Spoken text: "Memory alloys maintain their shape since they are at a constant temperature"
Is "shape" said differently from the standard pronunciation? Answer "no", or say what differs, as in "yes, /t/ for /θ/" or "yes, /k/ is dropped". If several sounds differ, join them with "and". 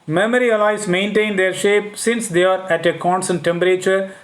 no